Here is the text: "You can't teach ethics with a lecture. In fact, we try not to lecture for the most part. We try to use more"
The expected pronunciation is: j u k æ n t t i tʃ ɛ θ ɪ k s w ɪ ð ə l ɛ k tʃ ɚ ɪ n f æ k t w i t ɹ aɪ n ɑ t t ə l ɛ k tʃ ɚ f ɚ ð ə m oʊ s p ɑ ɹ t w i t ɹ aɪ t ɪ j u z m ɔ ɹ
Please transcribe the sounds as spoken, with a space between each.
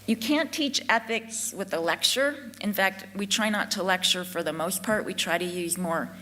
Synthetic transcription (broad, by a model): j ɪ k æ n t t i tʃ ɛ θ ɪ k s w ɪ ð ə l ɛ k tʃ ɚ ɪ n f æ k t w i t ɹ aɪ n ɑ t t ə l ɛ k tʃ ɚ f ɚ ð ə m oʊ s p ɑ ɹ t w i t ɹ aɪ t ɪ j u z m ɔ ɹ